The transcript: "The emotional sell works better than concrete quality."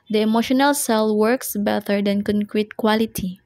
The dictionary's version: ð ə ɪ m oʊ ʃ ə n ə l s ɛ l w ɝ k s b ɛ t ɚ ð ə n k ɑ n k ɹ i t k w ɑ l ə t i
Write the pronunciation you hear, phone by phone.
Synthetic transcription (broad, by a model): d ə ɪ m oʊ ʃ ə n ə l s ɛ l w ɝ k s b ɛ t ɚ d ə n k ɑ n k ɹ i t k w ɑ l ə t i